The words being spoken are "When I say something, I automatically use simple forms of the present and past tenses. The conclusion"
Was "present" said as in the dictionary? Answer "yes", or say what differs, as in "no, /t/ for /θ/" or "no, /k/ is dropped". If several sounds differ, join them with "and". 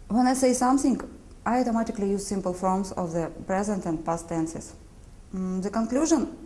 yes